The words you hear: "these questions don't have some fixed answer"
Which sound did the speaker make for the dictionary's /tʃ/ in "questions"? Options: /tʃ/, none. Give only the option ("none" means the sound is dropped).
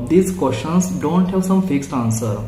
none